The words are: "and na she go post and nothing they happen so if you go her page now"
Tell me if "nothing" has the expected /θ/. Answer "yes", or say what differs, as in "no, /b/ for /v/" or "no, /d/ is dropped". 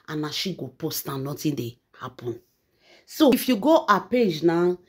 no, /t/ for /θ/